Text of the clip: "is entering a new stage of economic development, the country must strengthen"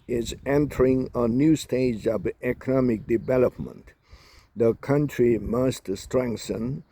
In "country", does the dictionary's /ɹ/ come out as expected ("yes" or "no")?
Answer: yes